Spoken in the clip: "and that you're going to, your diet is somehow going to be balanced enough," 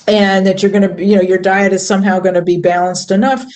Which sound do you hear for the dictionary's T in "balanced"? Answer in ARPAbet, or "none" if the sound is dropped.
T